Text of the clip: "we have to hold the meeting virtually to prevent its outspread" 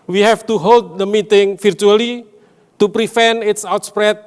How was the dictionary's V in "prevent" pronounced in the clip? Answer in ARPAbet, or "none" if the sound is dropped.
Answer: F